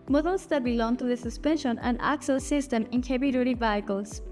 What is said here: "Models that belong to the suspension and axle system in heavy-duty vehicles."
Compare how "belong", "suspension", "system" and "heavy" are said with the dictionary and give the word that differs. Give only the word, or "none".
heavy